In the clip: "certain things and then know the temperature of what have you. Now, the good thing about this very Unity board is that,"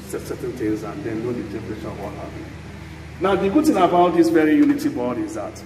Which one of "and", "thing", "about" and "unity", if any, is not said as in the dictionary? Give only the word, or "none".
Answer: thing